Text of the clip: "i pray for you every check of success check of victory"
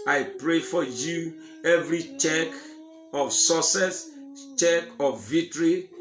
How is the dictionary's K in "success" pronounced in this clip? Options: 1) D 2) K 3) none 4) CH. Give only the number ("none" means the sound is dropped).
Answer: 3